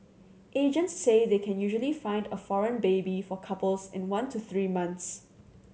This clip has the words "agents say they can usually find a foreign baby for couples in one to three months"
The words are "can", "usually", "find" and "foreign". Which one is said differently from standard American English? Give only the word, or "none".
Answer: none